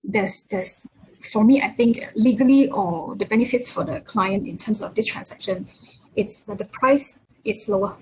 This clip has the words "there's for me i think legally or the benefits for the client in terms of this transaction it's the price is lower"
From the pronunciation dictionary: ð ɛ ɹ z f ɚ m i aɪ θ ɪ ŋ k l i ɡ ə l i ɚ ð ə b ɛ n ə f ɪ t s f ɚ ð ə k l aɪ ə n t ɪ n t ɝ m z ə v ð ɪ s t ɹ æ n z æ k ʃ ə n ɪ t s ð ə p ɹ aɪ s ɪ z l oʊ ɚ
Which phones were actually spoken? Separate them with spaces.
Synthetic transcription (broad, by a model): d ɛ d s f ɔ m i aɪ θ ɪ ŋ k l i ɡ ə l i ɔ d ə b ɛ n ə f ɪ t s f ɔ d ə k l aɪ ə n t ɪ n t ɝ m s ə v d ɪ s t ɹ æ n s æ k ʃ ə n ɪ t s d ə p ɹ aɪ s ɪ s l oʊ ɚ